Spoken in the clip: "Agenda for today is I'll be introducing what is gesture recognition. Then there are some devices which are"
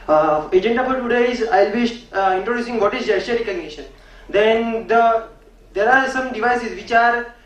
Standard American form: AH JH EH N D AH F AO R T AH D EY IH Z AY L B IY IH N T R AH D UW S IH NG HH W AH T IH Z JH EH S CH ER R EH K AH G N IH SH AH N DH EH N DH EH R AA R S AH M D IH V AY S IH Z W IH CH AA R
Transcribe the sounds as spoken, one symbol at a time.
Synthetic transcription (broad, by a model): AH JH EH N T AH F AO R T AH D EY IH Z AY L B IY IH N T R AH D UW S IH NG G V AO T IH Z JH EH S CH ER R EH K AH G N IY SH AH N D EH N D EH R AA R S AH M D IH V AY S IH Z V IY CH AA R